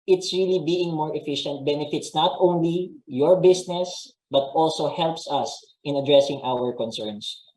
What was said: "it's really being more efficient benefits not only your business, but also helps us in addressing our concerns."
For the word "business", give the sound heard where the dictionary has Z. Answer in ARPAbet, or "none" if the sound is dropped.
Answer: S